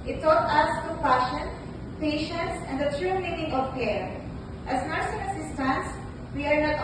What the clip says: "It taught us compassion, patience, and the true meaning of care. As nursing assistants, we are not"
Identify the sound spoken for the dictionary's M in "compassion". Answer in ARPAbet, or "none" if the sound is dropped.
none